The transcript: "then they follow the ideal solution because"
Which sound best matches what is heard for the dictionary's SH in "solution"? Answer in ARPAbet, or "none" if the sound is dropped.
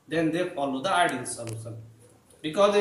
S